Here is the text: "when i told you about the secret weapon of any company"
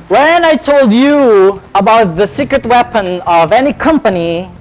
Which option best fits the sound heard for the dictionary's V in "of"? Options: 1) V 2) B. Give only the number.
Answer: 1